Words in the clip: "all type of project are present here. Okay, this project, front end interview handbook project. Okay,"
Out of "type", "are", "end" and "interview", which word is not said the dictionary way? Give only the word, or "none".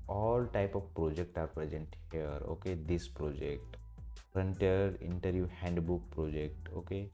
end